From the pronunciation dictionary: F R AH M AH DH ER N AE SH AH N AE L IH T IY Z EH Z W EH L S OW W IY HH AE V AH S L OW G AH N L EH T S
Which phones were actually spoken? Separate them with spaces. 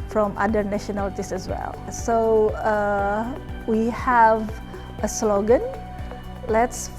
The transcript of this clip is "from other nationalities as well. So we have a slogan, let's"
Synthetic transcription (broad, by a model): F R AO M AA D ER N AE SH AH N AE L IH T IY S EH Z W EH L S OW W IY HH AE V AH S L OW G AH N L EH T S